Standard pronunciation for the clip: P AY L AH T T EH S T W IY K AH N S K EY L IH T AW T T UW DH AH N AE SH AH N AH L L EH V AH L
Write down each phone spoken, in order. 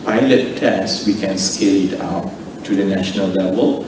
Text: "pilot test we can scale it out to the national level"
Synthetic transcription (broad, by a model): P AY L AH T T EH S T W IY K AH N S K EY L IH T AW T T UW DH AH N AE SH AH N AH L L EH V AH L